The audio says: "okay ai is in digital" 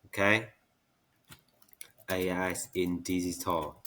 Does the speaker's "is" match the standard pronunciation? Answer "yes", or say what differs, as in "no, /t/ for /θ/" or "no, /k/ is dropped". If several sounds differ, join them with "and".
no, /s/ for /z/